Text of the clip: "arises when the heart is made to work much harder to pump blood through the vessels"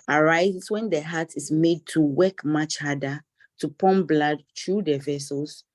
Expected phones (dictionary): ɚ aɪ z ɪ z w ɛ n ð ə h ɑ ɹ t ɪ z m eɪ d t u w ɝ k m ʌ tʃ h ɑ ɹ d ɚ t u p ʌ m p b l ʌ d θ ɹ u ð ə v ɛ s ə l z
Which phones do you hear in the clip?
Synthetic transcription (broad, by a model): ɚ aɪ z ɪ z w ɛ n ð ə h ɑ t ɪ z m eɪ d t u w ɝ k m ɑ tʃ h ɑ d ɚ t u p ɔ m b l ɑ d t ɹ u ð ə v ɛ s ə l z